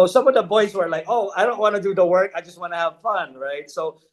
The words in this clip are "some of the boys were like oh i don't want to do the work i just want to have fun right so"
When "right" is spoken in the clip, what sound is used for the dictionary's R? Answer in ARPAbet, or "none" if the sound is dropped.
R